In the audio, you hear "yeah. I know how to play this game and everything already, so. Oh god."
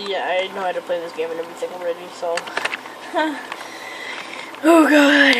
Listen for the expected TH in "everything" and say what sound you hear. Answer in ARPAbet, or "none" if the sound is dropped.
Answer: S